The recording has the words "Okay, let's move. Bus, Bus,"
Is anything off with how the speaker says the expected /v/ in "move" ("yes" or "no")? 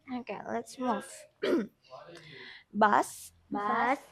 yes